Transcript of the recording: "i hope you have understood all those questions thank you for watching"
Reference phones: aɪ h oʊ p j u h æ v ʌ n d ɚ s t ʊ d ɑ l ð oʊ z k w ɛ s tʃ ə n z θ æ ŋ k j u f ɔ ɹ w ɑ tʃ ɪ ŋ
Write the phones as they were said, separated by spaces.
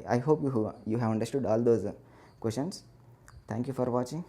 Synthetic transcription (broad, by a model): aɪ h oʊ p j u h æ v ʌ n d ɚ s t ʊ d ɑ l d oʊ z k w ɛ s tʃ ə n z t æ ŋ k j u f ɔ ɹ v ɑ tʃ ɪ ŋ